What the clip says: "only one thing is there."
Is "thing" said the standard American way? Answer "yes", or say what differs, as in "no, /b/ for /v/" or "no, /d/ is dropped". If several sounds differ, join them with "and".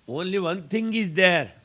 no, /t/ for /θ/